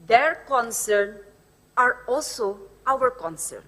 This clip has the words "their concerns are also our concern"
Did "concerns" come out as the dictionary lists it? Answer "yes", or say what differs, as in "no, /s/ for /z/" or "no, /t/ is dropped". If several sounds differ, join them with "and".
no, /z/ is dropped